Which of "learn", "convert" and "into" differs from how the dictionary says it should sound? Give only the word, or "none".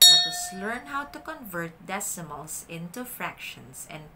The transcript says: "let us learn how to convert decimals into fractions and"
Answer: none